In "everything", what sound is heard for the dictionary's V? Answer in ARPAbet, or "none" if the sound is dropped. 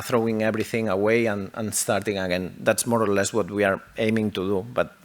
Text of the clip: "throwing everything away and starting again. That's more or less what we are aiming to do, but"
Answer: B